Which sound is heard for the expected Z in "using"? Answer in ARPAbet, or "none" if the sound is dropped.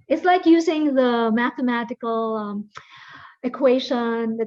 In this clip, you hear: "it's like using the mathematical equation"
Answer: Z